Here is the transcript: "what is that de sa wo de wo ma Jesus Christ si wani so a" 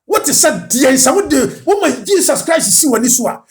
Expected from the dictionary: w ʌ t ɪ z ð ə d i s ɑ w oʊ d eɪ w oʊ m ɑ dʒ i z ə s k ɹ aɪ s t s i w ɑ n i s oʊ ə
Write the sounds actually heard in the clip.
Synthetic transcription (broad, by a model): w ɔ t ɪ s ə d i s ɑ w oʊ d eɪ w oʊ m ɑ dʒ i s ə s k ɹ aɪ s s i w ɑ n i s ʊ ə